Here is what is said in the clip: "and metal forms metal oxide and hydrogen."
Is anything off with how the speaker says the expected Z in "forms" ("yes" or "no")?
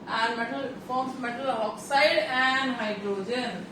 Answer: yes